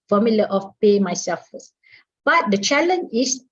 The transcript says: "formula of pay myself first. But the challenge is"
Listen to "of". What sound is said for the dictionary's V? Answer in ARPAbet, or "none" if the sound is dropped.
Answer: F